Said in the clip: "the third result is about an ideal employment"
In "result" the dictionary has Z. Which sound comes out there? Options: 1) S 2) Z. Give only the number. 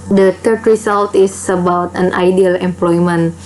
1